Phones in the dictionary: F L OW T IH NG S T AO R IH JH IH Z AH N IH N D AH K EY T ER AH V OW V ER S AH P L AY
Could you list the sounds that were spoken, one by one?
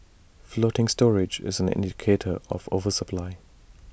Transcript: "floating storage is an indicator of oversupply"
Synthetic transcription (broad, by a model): F L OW T IH NG S T AO R IH JH IH Z AH N IH N D AH K EY T ER AH V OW V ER S AH P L AY